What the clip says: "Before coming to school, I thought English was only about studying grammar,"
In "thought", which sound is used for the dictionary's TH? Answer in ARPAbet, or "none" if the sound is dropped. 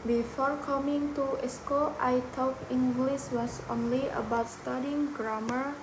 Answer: T